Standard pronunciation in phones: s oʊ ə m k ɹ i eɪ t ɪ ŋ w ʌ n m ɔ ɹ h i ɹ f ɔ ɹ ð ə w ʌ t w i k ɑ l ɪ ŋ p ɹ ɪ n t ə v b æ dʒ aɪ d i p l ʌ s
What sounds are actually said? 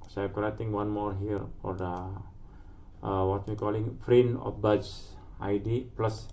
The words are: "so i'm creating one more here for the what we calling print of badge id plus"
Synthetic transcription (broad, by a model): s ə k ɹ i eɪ t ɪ ŋ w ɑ n m ɔ ɹ h i ɹ f ɔ ɹ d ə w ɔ t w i k ɑ l ɪ ŋ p ɹ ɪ n ə f b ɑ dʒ aɪ d i p l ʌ s